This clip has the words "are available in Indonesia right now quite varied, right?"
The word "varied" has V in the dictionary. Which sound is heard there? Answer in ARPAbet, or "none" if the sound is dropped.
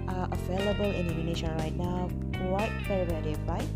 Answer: F